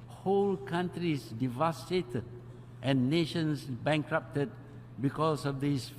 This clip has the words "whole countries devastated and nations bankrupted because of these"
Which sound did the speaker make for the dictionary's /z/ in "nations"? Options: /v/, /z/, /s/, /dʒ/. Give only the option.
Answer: /s/